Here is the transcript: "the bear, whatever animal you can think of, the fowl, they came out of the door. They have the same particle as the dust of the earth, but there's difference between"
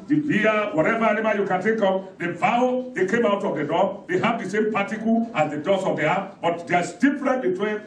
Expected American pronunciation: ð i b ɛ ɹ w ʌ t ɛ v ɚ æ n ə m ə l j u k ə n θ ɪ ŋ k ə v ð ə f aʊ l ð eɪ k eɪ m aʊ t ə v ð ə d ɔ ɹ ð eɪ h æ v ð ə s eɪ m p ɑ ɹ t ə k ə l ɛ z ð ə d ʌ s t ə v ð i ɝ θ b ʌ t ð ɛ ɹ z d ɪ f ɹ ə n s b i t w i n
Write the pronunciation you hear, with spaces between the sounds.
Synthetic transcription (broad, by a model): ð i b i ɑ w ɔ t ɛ v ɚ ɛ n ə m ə j u k ə n t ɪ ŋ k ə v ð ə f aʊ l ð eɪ k eɪ m aʊ t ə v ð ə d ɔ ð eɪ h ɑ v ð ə s eɪ m p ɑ t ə k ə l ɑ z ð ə d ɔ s ə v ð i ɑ t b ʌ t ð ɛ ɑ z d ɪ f ɹ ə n b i t w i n